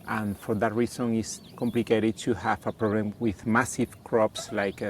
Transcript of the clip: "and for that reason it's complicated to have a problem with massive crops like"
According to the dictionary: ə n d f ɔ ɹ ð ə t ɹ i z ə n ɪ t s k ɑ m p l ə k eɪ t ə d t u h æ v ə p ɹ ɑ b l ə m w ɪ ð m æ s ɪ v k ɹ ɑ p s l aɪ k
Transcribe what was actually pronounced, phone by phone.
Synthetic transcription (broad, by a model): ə n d f ɔ ɹ ð ə t ɹ i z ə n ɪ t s k ɑ m p l ə k eɪ t ə d t u h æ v ə p ɹ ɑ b l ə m w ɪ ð m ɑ s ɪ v k ɹ ɑ p s l aɪ k